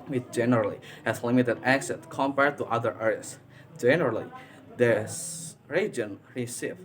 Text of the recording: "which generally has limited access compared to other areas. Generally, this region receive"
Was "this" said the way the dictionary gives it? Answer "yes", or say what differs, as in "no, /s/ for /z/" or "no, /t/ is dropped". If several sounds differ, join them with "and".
no, /s/ is dropped